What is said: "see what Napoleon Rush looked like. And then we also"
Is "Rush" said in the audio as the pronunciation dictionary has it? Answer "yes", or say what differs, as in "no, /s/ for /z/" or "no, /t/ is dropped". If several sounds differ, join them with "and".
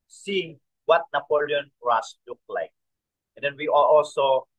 no, /s/ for /ʃ/